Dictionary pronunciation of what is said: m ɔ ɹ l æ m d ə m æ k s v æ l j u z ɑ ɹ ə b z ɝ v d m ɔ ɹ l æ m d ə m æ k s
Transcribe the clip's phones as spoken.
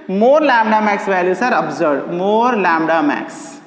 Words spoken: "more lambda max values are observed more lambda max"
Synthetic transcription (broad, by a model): m ɔ ɹ l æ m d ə m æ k s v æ l j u s ɑ ɹ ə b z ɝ d m ɔ ɹ l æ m d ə m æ k s